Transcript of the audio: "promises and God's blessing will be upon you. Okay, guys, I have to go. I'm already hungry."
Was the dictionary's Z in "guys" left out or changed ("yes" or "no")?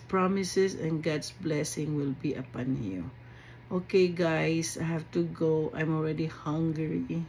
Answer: yes